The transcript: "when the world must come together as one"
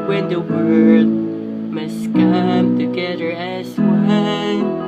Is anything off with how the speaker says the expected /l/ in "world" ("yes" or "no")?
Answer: yes